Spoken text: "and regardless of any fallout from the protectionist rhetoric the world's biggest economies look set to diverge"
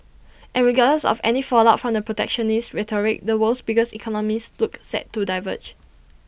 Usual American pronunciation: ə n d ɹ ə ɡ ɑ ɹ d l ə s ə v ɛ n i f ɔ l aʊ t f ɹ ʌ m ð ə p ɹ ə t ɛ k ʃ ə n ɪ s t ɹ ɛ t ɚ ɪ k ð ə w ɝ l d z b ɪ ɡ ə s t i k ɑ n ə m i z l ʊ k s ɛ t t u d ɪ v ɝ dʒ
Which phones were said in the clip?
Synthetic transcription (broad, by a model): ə n ɹ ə ɡ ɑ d ə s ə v ɛ n i f ɔ l aʊ t f ɹ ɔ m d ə p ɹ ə t ɛ k ʃ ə n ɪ s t ɹ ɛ t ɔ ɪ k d ə w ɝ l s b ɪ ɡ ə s i k ɑ n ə m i s l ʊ k s ɛ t t u d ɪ v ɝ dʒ